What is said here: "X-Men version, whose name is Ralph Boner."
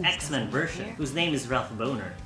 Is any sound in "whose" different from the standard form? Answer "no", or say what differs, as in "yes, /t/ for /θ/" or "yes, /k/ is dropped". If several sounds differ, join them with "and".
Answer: no